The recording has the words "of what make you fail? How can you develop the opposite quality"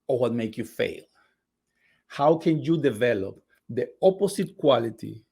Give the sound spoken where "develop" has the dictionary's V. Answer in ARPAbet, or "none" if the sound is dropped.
V